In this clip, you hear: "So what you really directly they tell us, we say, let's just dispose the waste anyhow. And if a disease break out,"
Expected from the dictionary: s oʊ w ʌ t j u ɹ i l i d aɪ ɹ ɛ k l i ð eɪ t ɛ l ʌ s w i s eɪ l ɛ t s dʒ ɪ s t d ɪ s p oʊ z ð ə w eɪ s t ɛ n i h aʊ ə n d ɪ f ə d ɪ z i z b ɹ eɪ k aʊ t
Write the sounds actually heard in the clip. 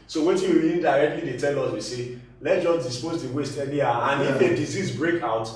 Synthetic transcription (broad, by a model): s oʊ w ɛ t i w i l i d aɪ ɹ ɛ k l i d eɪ t ɛ l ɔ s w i s eɪ l ɛ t dʒ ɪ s d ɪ s p oʊ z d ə w eɪ s t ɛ l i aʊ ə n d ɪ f ə d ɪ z i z b ɹ eɪ k aʊ t